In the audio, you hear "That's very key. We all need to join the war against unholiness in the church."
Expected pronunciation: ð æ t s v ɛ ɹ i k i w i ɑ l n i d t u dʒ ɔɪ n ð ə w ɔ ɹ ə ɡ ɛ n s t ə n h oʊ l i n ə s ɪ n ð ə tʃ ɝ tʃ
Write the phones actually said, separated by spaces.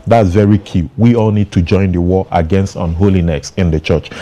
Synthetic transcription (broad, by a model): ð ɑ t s v ɛ ɹ i k i w i ɑ l n i d t u dʒ ɔɪ n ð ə w ɔ ə ɡ ɛ n s t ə n h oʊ l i n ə s ɪ n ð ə tʃ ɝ tʃ